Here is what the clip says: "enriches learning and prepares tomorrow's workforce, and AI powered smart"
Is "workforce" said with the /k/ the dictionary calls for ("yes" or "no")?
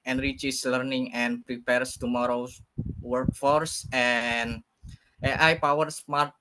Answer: yes